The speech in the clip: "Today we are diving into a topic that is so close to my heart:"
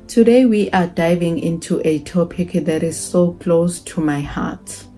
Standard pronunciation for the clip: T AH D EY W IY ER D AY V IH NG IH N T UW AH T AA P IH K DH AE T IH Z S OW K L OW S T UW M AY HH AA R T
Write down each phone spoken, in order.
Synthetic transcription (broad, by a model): T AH D EY W IY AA D AY V IH NG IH N T UW AH T AA P IH K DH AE T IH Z S OW K L OW S T UW M AY HH AA T